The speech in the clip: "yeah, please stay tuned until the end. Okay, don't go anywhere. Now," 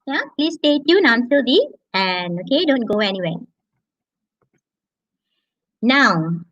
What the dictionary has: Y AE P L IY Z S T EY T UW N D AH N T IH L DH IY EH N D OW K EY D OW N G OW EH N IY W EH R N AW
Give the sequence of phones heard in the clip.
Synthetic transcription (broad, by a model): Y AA P L IY S T EY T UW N AH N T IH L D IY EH N OW K EY D OW N G OW EH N IY W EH N AW